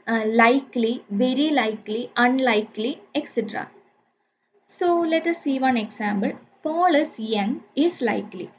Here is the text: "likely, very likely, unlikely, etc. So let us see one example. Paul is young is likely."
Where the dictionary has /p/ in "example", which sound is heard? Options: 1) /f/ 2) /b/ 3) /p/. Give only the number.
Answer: 2